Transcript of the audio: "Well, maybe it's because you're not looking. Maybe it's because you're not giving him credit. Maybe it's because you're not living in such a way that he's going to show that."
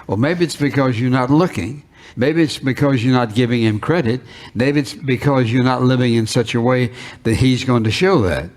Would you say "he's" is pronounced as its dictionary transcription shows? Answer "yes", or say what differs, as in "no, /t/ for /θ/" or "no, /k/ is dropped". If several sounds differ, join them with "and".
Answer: yes